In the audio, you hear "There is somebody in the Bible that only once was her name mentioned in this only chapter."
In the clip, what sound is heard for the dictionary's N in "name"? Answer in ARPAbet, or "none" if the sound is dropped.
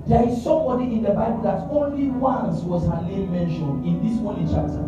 L